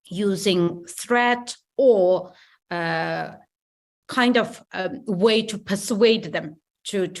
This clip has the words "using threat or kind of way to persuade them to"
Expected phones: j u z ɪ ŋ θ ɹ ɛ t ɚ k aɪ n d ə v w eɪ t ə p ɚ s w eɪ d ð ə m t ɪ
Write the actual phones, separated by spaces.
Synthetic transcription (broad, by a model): j u z ɪ ŋ θ ɹ ɛ t ɚ k aɪ n d ə v w eɪ t ə p ɚ s w eɪ d ð ə m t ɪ